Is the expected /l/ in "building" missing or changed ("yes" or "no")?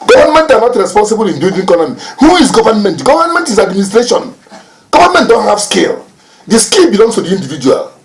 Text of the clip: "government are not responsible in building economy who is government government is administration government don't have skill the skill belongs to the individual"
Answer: yes